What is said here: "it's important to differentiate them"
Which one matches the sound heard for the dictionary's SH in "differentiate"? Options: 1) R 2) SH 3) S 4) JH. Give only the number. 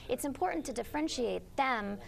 2